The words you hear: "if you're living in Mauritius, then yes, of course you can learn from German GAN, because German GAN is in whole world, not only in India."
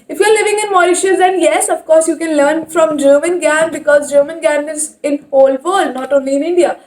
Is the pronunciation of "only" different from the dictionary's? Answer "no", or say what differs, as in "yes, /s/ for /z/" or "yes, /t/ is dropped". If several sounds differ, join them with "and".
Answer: no